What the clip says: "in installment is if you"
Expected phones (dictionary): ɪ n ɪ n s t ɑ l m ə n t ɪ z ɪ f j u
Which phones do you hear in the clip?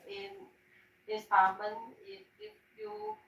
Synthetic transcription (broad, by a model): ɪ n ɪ s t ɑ m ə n ɪ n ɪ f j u